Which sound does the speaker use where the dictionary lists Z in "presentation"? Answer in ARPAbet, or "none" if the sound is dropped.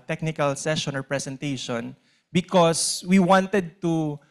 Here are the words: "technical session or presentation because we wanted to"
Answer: S